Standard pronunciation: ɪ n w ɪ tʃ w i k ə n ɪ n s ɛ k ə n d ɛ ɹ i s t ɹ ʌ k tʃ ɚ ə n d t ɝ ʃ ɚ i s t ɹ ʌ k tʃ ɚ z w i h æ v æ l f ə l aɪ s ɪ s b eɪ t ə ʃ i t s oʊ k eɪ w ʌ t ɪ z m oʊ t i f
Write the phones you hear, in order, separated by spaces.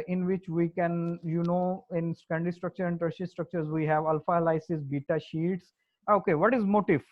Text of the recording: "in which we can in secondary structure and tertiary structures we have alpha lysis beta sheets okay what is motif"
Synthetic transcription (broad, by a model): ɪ n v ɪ tʃ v i k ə n ɪ n s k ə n d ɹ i s t ɹ ʌ k tʃ ɚ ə n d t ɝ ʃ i s t ɹ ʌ k tʃ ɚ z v i h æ v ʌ l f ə l aɪ s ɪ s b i t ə ʃ i t s oʊ k eɪ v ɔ t ɪ z m oʊ t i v